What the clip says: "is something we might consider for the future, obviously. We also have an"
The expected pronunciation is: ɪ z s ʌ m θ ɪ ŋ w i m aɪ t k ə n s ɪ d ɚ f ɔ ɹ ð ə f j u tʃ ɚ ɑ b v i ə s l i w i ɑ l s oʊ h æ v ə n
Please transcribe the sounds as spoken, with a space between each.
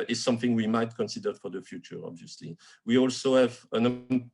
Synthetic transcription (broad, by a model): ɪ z s ʌ m θ ɪ ŋ w i m aɪ t k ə n s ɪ d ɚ f ɔ ɹ ð ə f j u tʃ ɚ ɑ b v i ə s l i w i ɑ l s oʊ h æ v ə n